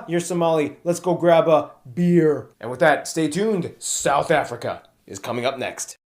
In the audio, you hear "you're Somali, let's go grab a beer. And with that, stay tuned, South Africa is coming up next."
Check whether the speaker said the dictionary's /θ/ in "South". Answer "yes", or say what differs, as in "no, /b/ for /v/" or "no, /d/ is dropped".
yes